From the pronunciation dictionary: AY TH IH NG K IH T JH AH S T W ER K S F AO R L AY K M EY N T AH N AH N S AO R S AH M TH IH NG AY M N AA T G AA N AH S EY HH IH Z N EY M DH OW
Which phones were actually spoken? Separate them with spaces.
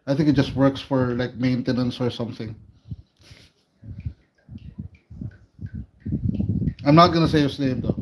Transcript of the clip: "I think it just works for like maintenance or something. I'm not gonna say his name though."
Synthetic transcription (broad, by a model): AY TH IH NG K IH T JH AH S T W ER K S F AO R L AY K M EY N T AH N AH N S AO R S AH M TH IH NG AY M N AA T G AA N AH S EY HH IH S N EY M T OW